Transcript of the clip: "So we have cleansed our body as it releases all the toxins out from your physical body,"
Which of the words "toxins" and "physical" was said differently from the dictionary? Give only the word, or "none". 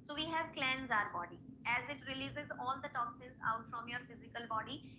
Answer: toxins